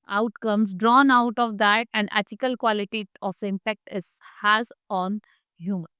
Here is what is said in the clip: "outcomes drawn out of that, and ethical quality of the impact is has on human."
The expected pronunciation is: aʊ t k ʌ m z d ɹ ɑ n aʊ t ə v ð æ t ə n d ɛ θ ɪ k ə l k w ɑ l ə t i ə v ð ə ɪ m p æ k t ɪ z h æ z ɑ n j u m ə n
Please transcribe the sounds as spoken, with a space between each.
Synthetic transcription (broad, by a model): aʊ t k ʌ m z d ɹ ɑ n aʊ t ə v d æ t ə n d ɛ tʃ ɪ k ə l k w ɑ l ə t i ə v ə ɪ m p æ k t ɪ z h æ z ɑ n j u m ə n